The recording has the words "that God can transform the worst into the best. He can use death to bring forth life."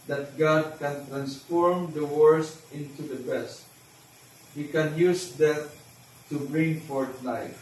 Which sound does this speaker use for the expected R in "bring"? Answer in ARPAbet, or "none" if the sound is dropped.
R